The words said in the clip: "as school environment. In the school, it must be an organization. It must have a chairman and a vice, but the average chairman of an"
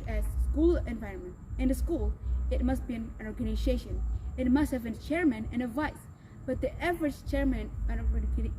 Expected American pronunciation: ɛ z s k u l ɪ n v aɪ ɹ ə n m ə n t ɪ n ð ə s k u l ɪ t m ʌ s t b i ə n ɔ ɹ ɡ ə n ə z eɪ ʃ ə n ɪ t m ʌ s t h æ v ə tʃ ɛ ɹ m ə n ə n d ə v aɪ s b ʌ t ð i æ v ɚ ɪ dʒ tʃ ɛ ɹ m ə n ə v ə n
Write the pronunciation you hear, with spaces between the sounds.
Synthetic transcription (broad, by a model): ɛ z s k u l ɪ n v aɪ ɹ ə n m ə n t ɪ n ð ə s k u l ɪ t m ʌ s t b i ə n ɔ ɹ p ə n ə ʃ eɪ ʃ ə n ɪ t m ʌ s t h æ v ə tʃ ɛ ɹ m ə n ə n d v aɪ s b ʌ t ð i æ v ɚ ɪ dʒ tʃ ɛ ɹ m ə n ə p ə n